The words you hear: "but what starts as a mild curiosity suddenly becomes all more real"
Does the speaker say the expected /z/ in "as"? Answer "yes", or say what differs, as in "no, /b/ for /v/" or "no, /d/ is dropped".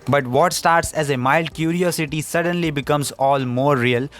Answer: yes